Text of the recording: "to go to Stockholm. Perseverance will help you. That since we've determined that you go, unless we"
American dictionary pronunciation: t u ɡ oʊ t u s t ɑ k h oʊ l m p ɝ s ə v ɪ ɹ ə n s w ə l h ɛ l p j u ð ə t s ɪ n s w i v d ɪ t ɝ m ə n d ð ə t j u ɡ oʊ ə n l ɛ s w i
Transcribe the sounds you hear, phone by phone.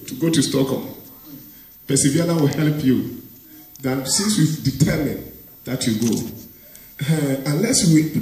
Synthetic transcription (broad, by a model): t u ɡ oʊ t u s t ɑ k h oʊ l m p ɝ s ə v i ə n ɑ w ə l h ɛ l p j u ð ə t s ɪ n s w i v d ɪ t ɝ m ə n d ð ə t j u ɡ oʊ ə n l ɛ s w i